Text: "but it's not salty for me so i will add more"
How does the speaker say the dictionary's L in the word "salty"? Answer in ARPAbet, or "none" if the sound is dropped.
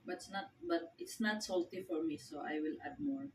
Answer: L